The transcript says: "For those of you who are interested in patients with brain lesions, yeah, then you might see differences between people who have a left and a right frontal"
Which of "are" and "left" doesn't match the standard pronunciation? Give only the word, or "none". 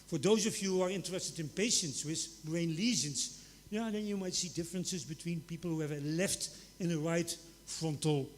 none